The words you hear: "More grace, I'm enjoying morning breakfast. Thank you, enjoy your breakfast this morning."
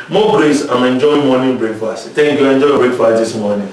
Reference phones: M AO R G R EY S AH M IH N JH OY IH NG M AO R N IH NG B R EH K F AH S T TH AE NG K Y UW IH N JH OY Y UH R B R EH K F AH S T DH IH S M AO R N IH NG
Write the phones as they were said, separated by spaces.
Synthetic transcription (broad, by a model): M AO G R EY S AH M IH N JH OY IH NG M AO N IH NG B R EH K F AH S T T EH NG K Y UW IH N JH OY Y B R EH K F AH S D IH S M AO N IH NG